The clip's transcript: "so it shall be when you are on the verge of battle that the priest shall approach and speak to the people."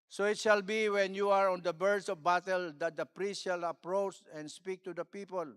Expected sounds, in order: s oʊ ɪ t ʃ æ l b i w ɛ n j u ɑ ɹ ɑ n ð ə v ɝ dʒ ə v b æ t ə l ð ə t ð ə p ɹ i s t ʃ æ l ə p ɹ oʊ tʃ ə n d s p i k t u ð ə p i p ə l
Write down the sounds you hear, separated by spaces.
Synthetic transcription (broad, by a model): s oʊ ɪ t ʃ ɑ l b i w ɛ n j u ɑ ɹ ɑ n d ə b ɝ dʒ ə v b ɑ t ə l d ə t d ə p ɹ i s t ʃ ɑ l ə p ɹ oʊ tʃ ə n d s p i k t u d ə p i p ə l